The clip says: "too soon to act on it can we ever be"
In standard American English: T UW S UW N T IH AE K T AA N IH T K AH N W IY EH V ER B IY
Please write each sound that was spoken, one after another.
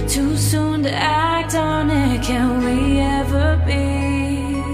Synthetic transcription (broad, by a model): T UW S UW N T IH AE K T N IH T K AH N W IY EH V ER B IY